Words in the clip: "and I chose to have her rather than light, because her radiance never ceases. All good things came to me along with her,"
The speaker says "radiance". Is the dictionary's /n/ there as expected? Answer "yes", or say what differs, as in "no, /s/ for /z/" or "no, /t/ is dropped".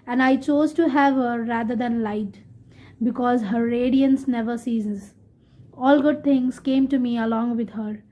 yes